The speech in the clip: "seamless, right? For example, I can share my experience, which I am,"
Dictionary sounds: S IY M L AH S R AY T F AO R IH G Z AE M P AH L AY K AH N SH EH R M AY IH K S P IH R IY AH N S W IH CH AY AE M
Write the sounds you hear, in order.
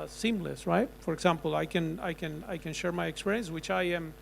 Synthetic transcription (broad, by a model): S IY M L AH S R AY T F AO R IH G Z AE M P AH N AY K AH N SH EH R M AY IH K S P IH R IY AH N S W IH CH AY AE M